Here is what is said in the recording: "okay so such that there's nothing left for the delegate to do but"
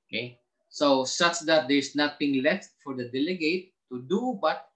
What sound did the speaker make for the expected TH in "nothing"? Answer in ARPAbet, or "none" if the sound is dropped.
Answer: T